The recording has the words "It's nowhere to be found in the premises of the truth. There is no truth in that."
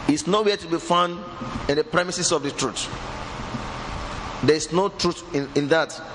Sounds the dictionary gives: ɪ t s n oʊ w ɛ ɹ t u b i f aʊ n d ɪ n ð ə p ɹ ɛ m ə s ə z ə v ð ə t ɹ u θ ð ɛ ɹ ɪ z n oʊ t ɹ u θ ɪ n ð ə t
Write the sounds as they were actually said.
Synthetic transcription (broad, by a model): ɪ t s n oʊ w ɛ t u b i f aʊ n d ɪ n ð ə p ɹ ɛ m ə s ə s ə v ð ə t ɹ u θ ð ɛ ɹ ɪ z n oʊ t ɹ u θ ɪ n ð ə t